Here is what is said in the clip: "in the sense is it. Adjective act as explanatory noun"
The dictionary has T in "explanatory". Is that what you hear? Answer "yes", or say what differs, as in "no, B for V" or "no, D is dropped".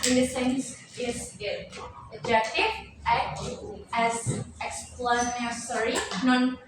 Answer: no, S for T